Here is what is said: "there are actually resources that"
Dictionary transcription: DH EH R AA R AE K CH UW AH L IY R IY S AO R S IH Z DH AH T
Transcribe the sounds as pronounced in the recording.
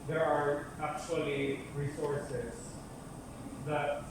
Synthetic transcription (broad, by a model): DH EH R AA R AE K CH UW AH L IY R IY S AO R S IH S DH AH T